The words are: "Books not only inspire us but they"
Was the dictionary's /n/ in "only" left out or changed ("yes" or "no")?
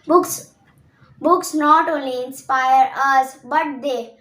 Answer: yes